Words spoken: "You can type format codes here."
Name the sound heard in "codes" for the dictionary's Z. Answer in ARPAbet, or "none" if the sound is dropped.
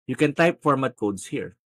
S